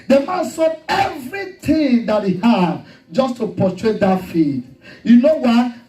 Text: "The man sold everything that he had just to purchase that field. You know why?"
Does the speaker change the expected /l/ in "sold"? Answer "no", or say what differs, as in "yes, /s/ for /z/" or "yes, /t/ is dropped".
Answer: yes, /l/ is dropped